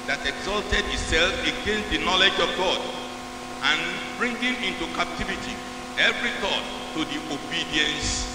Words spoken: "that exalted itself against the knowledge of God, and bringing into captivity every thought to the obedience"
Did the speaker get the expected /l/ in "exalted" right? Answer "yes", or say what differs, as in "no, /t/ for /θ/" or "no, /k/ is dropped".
yes